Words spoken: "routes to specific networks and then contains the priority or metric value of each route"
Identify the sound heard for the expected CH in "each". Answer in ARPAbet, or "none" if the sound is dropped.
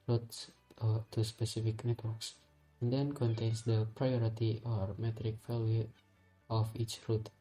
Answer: CH